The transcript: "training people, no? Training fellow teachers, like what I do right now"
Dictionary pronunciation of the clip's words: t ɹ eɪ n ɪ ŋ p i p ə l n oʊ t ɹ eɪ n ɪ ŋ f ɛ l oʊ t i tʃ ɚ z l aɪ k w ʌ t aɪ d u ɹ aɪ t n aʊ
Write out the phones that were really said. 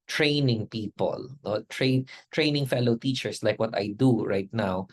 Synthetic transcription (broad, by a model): t ɹ eɪ n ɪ ŋ p i p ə l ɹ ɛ t ɹ eɪ n ɪ ŋ f ɛ l oʊ t i tʃ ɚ s l aɪ k w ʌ t aɪ d u ɹ aɪ t n aʊ